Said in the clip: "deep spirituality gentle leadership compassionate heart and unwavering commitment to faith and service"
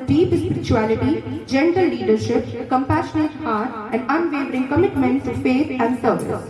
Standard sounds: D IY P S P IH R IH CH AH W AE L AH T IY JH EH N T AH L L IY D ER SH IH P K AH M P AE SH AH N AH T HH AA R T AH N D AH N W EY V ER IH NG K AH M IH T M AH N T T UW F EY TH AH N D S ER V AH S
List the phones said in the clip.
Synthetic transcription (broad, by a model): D IY P S P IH R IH CH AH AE L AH T IY JH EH N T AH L L IY D ER SH IH P K AH M P AE SH AH N AH T HH AA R T AH N D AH N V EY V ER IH NG K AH M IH T M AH N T T UW F EY T AH N D S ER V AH S